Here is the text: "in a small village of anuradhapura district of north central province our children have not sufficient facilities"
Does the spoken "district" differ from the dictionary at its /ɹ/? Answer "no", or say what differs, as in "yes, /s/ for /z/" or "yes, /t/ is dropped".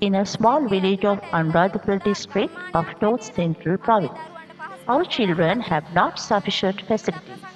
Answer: no